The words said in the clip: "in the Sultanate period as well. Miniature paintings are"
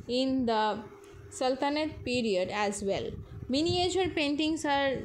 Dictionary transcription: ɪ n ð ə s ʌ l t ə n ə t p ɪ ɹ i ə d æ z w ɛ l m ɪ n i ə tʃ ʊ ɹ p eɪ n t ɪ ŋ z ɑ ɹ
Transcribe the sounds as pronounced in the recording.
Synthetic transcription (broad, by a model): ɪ n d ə s ʌ l t ə n ə t p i ɹ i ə d æ z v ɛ l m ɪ n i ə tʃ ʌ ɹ p eɪ n t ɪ ŋ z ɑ ɹ